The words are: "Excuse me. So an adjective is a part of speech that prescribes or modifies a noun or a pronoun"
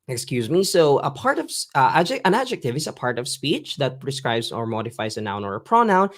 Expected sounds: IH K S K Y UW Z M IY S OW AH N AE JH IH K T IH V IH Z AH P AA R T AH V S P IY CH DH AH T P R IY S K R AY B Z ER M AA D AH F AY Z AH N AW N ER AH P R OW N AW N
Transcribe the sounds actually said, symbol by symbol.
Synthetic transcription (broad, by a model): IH K S K Y UW Z M IY S OW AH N AE JH IH K T IH V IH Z AH P AA R T AH V S P IY CH DH AH T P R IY S K R AY B Z ER M AA D AH F AY Z AH N AW N ER AH P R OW N AW N